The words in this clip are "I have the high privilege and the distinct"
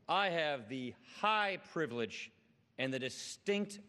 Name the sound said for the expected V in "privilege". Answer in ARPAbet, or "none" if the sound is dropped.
V